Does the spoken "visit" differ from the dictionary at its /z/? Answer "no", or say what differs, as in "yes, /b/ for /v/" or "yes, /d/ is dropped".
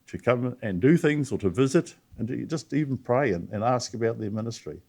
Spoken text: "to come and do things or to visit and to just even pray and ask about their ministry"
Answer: no